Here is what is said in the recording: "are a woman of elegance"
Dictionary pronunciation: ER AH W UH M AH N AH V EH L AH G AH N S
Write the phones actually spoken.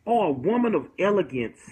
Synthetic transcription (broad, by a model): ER AH W UH M AH N AH V EH L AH G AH N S